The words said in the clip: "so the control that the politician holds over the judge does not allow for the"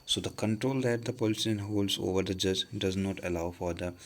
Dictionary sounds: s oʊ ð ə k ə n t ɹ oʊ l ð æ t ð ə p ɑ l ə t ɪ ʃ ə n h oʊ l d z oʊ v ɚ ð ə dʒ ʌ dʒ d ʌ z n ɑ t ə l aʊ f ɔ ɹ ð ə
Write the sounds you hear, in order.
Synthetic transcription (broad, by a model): s oʊ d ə k ə n t ɹ oʊ l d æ t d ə p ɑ l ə s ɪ ə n h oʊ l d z oʊ v ɚ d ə dʒ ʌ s d ʌ z n ɑ t ə l aʊ f ɔ ɹ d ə